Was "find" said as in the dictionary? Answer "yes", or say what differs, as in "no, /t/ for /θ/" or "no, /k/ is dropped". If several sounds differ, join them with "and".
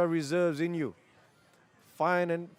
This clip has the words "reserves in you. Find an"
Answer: no, /d/ is dropped